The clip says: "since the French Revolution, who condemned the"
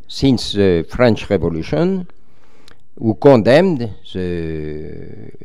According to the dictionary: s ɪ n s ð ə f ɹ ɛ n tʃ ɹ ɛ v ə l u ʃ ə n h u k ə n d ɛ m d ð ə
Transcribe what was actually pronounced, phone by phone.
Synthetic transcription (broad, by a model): s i n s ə f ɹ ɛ n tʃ ɹ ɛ v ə l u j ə n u k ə d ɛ m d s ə